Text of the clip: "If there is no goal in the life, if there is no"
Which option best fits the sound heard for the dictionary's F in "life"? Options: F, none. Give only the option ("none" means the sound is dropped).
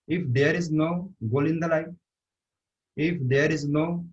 none